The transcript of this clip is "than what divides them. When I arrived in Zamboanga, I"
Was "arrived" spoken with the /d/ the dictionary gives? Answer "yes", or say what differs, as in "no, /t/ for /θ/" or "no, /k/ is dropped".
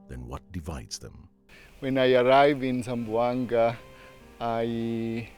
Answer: no, /d/ is dropped